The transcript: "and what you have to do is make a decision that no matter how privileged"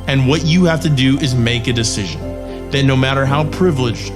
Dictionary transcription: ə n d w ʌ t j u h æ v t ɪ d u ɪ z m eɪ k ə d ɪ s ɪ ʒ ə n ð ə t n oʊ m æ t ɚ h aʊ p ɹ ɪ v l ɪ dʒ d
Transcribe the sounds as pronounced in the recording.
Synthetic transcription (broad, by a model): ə n w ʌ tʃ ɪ h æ f t ɪ d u ɪ z m eɪ k ə d ɪ s ɪ ʒ ə n ð ə t n oʊ m æ t ɚ h aʊ p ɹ ɪ v l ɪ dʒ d